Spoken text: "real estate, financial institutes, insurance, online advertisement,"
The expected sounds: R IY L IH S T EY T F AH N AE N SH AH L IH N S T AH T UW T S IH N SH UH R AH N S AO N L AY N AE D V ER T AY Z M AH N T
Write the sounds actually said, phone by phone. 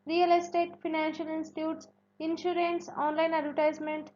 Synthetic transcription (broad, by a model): R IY L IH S T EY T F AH N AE N SH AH L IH N S T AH T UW T S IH N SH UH R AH N S AO N L AY N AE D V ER T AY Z M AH N T